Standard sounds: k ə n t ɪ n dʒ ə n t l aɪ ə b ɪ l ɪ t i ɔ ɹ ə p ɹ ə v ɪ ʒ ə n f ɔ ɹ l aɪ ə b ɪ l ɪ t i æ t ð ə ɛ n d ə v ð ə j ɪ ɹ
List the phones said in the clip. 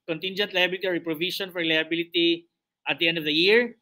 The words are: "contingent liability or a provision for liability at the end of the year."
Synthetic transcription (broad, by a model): k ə n t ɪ n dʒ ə n t l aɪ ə b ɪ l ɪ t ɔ ɹ ə p ɹ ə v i ʃ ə n f ɔ ɹ l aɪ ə b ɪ l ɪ t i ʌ t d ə ɛ n d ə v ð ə j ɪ ɹ